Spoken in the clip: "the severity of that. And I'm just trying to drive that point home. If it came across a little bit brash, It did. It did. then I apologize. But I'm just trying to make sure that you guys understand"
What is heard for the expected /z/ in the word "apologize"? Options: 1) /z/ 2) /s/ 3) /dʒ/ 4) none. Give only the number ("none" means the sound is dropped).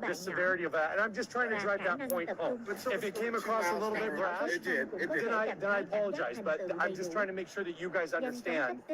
1